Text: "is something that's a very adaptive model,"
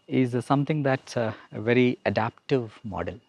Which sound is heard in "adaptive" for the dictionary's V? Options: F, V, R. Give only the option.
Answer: V